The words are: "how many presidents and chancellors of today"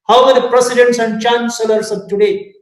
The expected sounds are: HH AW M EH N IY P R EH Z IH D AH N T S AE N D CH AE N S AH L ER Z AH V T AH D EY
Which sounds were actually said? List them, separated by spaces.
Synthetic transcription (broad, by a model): HH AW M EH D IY P R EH S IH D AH N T S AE N D CH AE N S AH L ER S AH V T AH D EY